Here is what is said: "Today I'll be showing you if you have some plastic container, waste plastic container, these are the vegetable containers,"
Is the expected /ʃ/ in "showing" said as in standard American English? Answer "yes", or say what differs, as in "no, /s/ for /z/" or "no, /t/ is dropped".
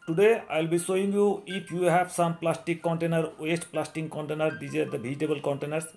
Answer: no, /s/ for /ʃ/